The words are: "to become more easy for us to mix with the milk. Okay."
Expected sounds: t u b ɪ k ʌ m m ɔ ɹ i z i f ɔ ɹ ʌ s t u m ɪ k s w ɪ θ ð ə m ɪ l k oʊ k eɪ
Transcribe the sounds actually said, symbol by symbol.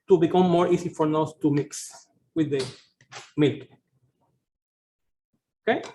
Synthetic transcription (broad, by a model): t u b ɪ k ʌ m m ɔ ɹ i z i f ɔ ɹ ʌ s t u m ɪ k s w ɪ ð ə m ɪ l k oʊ k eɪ